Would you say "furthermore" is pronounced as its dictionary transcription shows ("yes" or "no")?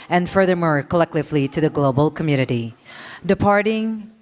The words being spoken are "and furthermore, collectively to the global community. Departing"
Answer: yes